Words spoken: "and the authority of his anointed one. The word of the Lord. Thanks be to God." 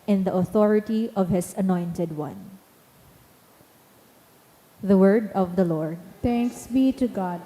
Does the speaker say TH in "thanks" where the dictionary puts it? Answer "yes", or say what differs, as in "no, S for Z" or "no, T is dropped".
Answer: no, T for TH